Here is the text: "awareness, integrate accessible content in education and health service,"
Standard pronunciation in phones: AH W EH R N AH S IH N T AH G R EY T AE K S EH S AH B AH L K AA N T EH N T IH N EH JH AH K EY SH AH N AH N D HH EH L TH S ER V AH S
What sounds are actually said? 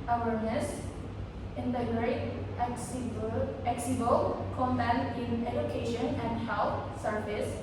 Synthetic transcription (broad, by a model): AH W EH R N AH S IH N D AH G R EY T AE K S S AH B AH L K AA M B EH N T IH N EH JH AH K EY SH AH N AH N D HH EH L T S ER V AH S